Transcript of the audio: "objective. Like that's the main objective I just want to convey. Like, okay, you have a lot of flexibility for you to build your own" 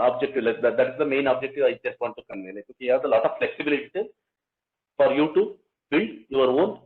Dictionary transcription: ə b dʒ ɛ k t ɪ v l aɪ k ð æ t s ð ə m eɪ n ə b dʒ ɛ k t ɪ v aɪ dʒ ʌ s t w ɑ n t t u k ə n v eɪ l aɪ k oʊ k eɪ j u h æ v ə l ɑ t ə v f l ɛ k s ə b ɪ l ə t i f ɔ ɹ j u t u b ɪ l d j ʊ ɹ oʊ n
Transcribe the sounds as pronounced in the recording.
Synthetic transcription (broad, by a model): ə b dʒ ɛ k t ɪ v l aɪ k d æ t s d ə m eɪ n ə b dʒ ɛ k t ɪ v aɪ dʒ ʌ s t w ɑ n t t u k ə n eɪ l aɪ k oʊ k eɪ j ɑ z ə l ɑ t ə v f l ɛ k s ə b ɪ l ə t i f ɔ ɹ j u t u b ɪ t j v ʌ ɹ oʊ n